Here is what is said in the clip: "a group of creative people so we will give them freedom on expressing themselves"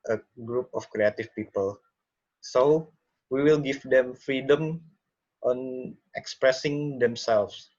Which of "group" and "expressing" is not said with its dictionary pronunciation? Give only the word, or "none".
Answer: none